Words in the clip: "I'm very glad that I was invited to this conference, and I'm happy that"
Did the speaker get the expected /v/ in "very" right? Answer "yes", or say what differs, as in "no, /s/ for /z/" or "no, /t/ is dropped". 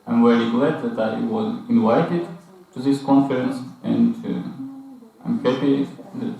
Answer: no, /w/ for /v/